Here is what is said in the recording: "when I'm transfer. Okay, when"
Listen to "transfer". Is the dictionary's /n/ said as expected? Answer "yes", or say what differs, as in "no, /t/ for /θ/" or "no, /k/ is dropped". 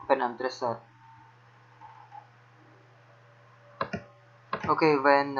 no, /n/ is dropped